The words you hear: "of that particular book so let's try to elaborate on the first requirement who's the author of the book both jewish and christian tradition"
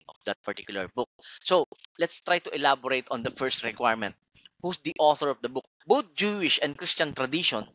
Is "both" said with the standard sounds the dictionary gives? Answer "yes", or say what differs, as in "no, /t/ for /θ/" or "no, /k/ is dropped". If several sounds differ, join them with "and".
no, /t/ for /θ/